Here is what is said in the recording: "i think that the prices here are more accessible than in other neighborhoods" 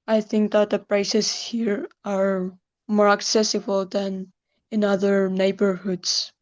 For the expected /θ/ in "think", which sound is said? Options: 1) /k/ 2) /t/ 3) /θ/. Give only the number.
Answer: 3